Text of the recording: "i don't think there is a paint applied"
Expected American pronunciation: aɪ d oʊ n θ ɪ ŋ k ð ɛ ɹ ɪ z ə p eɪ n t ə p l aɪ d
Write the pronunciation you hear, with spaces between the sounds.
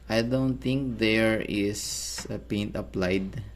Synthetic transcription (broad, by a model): aɪ d oʊ n t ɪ ŋ k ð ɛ ɹ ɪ s ə p eɪ n t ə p l aɪ d